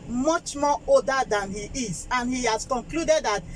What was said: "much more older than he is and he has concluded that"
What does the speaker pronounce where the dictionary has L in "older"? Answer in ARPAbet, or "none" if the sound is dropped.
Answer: none